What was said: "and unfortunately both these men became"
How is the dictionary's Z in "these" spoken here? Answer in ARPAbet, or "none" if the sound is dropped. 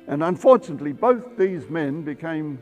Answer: Z